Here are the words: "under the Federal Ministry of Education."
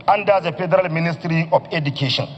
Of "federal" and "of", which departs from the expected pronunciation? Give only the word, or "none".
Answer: of